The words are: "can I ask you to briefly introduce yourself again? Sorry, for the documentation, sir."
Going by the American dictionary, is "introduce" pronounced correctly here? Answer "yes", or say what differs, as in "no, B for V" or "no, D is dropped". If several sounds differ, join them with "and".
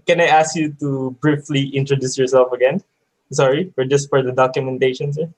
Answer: yes